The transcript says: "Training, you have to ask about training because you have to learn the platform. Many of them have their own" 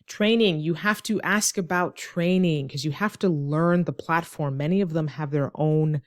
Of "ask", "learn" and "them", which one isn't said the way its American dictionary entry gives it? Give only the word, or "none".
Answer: none